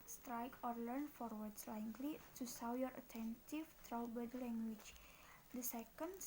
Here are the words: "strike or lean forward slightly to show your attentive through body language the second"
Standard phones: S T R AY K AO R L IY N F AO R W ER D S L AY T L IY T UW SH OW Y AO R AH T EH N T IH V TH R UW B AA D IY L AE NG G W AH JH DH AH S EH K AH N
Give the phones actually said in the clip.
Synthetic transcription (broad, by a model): S T R AY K AO R L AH N F AO R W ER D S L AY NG L IY T UW S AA Y AO R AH T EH N T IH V T R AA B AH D L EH NG G W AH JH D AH S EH K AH N